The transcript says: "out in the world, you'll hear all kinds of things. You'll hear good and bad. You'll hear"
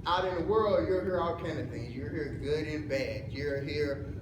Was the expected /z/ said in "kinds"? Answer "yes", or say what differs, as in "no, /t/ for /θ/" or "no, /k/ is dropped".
no, /z/ is dropped